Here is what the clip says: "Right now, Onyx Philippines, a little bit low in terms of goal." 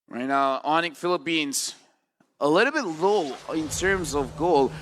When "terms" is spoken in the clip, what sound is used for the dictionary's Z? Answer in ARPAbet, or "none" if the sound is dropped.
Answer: Z